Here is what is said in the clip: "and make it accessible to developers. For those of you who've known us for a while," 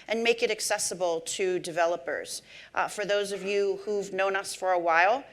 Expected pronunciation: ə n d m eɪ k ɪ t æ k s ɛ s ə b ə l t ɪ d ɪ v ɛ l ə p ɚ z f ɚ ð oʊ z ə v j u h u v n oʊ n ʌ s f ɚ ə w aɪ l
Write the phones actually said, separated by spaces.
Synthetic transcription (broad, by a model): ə n m eɪ k ɪ t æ k s ɛ s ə b l t ɪ d ɪ v ɛ l ə p ɚ z f ɚ ð oʊ z ə v j u h u v n oʊ n ʌ s f ɚ ə w aɪ l